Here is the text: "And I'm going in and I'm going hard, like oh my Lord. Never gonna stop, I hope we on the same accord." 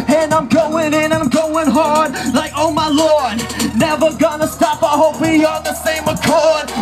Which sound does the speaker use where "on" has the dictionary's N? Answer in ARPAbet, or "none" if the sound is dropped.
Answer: L